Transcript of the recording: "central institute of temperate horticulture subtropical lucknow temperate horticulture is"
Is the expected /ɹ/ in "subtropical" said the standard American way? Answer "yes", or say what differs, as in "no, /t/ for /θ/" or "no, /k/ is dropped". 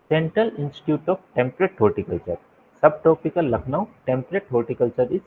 no, /ɹ/ is dropped